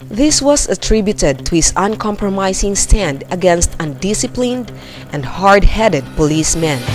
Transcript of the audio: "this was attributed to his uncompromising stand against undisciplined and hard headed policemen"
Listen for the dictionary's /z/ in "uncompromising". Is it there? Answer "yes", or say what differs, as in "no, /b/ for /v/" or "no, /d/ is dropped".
no, /s/ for /z/